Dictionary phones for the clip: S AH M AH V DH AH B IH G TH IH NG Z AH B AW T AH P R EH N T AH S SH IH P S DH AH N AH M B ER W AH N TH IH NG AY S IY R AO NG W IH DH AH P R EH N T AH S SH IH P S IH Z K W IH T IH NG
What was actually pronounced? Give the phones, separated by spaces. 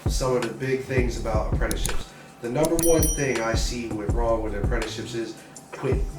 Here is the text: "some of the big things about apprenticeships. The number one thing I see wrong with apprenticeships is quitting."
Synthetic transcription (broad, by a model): S AH M AH V DH AH B IH G TH IH NG Z AH B AW T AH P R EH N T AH SH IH P S DH AH N AH M B ER W AH N TH IH NG AY S IY R AO NG W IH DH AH P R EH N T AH SH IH P S IH Z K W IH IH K